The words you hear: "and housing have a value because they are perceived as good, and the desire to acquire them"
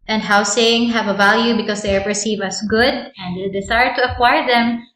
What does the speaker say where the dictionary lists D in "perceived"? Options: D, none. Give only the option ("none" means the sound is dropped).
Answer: none